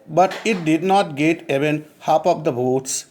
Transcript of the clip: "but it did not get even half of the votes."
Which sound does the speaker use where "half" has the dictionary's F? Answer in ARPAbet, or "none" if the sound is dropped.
P